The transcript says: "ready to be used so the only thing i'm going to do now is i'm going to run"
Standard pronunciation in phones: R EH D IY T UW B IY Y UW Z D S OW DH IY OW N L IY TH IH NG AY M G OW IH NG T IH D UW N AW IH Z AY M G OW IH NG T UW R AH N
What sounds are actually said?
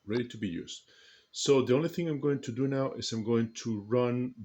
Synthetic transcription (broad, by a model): R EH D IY T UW B IY Y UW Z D S OW DH IY OW N L IY TH IH NG AY M G OW IH NG T IH D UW N AW IH Z AY M G OW IH NG T UW R AH N